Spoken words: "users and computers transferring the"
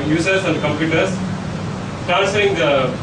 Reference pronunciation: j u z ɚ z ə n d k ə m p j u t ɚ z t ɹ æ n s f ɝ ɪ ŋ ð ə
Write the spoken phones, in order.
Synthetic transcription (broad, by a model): j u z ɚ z ə n d k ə m p j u t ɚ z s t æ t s ɝ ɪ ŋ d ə